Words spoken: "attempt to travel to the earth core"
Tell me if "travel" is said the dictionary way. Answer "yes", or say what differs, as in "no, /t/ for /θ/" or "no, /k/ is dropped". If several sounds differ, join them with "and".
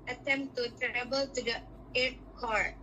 no, /b/ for /v/